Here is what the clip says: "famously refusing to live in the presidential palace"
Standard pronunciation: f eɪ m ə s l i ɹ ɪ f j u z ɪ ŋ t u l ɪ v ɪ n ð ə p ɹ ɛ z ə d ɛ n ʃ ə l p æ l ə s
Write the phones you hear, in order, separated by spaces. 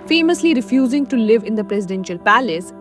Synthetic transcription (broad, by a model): f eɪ m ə s l i ɹ ɪ f j u z ɪ ŋ t u l ɪ v ɪ n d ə p ɹ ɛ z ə d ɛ n ʃ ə l p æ l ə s